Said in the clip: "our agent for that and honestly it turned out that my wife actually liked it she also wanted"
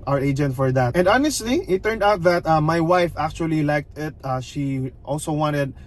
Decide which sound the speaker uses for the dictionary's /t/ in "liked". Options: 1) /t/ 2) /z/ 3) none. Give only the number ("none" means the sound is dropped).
1